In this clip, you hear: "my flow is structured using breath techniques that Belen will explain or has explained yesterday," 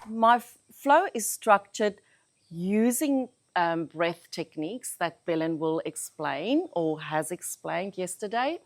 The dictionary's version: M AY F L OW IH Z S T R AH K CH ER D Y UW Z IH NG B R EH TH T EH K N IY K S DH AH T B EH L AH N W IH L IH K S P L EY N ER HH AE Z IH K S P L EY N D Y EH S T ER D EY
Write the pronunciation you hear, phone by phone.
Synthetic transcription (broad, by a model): M AY F L OW IH Z S T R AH K CH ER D Y UW Z IH NG B R EH TH T EH K N IY K S DH AH T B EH L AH N W IH L IH K S P L EY N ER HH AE Z IH K S P L EY N D Y EH S T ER D EY